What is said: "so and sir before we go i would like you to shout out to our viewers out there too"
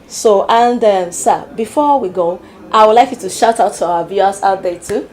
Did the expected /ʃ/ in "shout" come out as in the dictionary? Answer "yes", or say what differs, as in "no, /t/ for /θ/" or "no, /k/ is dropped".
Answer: yes